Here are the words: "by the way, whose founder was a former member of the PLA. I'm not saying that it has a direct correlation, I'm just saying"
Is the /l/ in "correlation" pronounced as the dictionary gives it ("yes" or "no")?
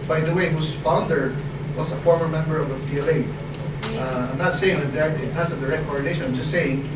no